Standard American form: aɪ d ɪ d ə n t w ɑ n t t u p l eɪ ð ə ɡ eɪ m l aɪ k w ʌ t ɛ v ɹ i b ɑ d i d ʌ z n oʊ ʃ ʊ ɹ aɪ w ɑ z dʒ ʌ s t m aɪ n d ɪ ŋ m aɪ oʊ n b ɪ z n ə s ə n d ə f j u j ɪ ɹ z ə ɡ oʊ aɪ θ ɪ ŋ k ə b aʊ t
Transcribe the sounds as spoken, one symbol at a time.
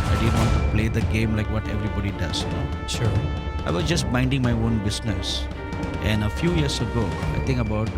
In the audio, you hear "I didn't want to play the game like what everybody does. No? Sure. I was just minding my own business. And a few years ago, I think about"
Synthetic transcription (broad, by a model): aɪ d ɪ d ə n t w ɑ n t t u p l eɪ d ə ɡ eɪ m l aɪ k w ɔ t ɛ v ɹ i b ɑ d i d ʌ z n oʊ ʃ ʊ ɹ aɪ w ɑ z dʒ ʌ s t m aɪ n d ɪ ŋ m aɪ oʊ n b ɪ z n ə s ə n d ə f j u j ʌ ɹ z ə ɡ oʊ aɪ t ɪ ŋ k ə b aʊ t